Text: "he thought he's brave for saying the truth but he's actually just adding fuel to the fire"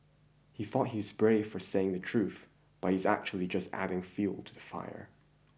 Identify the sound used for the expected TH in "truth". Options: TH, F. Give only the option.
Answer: TH